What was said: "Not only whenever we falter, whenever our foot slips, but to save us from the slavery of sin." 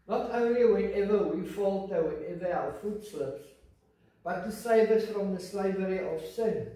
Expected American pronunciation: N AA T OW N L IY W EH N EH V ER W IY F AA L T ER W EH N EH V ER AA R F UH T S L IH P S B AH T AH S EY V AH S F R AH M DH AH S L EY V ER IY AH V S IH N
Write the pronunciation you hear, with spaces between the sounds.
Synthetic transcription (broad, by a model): N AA T OW N L IY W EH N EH V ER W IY F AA L T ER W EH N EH V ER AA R F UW T S L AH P S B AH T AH S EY B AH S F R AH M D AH S L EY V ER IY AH F S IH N